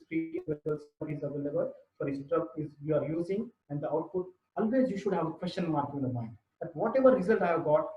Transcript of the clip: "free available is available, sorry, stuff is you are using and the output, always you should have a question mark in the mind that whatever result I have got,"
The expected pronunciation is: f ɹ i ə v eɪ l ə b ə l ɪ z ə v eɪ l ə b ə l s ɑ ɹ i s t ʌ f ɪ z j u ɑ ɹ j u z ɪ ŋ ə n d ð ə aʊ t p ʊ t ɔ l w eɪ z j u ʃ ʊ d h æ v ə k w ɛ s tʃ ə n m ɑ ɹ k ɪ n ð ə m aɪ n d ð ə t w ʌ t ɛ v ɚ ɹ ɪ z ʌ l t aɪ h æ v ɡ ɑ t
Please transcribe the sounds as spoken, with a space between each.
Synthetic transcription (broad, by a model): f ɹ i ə ʌ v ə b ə l ɪ z ə v eɪ l ə b ə l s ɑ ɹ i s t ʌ p ɪ z j u ɑ ɹ j u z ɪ ŋ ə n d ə aʊ t p ʊ t ɔ l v eɪ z j u ʃ ʊ d h æ v ə k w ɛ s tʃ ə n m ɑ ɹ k ɪ n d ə m aɪ n d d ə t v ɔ t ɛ v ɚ ɹ ɪ z ʌ l t aɪ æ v ɡ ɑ t